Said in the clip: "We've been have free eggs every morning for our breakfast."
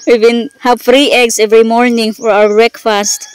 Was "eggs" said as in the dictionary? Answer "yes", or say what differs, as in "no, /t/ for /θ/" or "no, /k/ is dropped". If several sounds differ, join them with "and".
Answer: no, /s/ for /z/